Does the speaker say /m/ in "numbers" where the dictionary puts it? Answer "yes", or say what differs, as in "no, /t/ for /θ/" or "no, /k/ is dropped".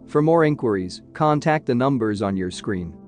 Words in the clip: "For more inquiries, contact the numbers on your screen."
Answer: yes